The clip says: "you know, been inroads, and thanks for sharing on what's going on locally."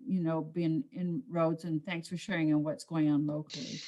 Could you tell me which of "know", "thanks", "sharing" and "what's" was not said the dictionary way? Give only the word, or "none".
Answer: none